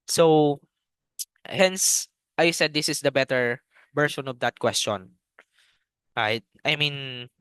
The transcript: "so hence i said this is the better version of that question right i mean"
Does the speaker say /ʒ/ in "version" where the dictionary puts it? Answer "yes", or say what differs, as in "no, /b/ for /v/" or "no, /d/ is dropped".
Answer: no, /ʃ/ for /ʒ/